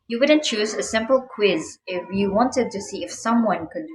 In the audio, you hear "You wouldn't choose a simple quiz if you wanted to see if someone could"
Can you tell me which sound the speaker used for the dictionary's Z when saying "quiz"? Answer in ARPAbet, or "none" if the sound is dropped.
Z